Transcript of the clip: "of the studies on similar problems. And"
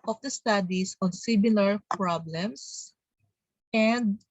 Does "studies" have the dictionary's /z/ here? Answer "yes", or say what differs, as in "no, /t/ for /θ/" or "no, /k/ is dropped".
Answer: no, /s/ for /z/